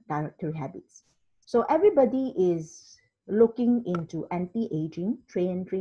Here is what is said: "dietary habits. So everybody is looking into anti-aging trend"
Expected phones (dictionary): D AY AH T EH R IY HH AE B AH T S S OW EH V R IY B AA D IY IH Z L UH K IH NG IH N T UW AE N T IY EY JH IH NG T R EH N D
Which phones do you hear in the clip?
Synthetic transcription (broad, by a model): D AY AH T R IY HH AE B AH T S S OW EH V R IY B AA D IY IH Z L UH K IH NG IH N T UW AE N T IY EY JH IH NG T R EH N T